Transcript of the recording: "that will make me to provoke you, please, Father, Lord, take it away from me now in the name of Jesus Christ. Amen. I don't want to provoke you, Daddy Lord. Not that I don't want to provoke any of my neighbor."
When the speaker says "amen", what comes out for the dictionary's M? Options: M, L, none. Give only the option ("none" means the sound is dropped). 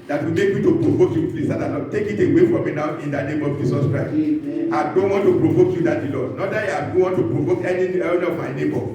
none